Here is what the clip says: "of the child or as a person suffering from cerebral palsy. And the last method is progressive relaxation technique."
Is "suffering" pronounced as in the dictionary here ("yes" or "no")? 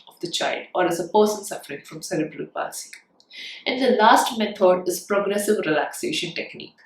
yes